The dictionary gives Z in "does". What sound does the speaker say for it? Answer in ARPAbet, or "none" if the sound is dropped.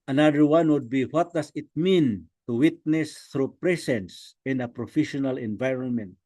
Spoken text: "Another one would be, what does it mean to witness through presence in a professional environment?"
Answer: S